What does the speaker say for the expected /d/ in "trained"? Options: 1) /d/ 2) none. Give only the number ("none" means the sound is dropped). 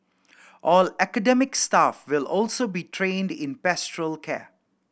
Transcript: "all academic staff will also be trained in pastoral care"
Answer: 1